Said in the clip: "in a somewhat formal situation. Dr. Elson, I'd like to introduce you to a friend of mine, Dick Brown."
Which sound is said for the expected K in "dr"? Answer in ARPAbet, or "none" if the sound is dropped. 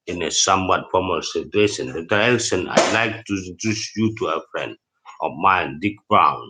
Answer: none